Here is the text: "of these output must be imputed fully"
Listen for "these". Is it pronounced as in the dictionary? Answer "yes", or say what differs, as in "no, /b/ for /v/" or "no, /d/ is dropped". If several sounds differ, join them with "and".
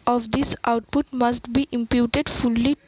no, /s/ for /z/